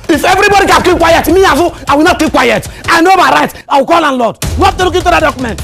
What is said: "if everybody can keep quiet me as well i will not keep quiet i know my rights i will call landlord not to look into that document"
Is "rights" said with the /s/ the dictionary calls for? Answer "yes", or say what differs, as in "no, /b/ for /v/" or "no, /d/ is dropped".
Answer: no, /s/ is dropped